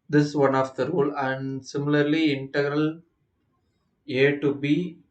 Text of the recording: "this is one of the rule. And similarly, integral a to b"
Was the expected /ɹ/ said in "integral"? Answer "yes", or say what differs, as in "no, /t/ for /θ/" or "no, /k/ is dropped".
yes